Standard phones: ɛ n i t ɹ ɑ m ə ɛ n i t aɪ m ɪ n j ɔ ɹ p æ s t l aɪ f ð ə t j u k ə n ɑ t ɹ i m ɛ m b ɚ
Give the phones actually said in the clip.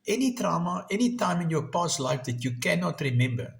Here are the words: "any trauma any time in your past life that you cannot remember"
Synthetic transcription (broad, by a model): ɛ n i t ɹ ɑ m ə ɛ n i t aɪ m ɪ n j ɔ p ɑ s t l aɪ f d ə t j u k ə n ɑ t ɹ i m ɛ m b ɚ